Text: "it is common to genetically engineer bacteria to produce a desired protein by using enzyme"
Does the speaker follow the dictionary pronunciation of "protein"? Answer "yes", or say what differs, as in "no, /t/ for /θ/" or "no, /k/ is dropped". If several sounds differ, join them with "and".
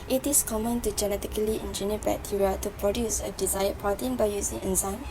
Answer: no, /ɹ/ is dropped